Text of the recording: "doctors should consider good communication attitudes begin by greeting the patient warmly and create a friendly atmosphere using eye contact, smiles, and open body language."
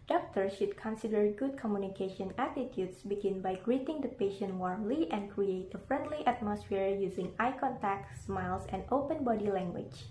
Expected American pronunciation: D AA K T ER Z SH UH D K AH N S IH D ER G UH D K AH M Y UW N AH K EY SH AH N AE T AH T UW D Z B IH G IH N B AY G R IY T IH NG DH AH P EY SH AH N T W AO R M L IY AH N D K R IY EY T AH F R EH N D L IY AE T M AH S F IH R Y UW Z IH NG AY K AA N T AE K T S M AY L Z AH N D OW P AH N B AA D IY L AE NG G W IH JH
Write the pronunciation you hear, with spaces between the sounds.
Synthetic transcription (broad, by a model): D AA K T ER SH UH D K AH N S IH D ER G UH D K AH M Y UW N AH K EY SH AH N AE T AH T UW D S B IH G IH N B AY G R IY T IH NG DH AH P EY SH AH N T W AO R M L IY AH N K R IY EY T AH F R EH N D L IY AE T M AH S F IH R Y UW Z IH NG AY K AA N T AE K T S M AY L S AH N D OW P AH N B AA D IY L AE NG G W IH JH